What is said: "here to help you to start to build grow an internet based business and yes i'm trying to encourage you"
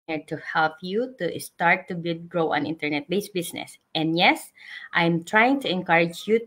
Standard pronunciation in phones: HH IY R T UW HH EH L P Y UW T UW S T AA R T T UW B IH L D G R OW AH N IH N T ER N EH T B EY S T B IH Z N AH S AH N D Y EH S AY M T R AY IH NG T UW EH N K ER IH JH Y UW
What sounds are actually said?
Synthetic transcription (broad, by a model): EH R T UW HH EH L P Y UW T UW S T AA R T T UW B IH D G R OW AH N IH N T ER N EH T B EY S B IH S N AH S AH N D Y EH S AY M T R AY IH NG T UW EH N K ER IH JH Y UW